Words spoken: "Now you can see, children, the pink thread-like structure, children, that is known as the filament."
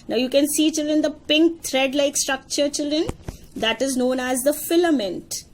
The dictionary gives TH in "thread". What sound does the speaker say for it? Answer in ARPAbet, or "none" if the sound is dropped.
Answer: T